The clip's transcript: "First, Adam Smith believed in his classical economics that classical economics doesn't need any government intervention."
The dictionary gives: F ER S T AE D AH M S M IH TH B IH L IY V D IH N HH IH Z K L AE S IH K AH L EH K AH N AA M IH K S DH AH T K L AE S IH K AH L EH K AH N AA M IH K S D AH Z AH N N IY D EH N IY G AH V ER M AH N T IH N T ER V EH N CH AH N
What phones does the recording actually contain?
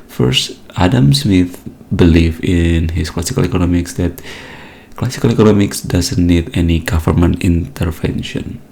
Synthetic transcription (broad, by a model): F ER S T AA D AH M S M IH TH B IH L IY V IH N HH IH S K L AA S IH K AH L EH K AH N AA M IH K S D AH T K L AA S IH K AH L EH K AH N AA M IH K S D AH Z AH N N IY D EH N IY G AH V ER M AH N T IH N T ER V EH N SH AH N